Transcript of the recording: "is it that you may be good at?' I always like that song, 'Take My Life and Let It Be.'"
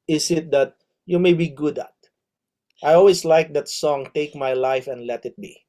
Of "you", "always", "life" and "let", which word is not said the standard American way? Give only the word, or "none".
always